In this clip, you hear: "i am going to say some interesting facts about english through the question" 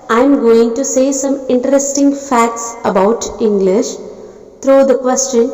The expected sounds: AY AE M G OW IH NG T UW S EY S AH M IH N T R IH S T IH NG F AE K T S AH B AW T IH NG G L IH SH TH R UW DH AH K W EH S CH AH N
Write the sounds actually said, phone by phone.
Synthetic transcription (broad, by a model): AY M G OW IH NG T UW S EY S AH M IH N T R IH S T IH NG F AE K T S AH B AW T IH NG G L IH SH T R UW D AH K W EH S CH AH N